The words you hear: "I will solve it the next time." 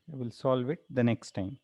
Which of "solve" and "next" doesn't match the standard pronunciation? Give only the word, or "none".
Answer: none